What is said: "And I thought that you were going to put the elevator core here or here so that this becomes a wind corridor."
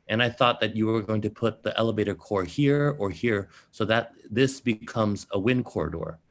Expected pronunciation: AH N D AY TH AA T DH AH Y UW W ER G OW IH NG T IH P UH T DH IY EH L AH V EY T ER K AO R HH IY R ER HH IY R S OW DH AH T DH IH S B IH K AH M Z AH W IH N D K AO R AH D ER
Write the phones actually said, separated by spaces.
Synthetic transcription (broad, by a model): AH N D AY TH AA T DH AH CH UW W ER G OW IH NG T IH P UH T DH IY EH L AH V EY T ER K AO R HH IY R ER HH IY R S OW DH AH T DH IH S B IH K AH M Z AH W IH N K AO R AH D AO